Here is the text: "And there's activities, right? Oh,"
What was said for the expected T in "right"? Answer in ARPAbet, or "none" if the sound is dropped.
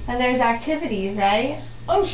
none